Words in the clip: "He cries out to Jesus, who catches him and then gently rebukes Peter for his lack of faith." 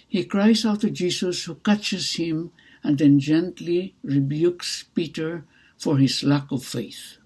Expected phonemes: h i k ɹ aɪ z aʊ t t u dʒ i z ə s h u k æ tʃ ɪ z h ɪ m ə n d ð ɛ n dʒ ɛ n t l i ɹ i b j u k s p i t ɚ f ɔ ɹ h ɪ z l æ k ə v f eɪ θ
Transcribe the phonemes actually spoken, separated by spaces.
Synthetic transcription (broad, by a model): h i k ɹ aɪ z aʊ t t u dʒ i s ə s h u k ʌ tʃ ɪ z h ɪ m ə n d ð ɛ n dʒ ɛ n t l i ɹ i b j u k s p i t ɚ f ɔ ɹ h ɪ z l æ k ə v f eɪ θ